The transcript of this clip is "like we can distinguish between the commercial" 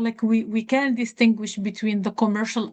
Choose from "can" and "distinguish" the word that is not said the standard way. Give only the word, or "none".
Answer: none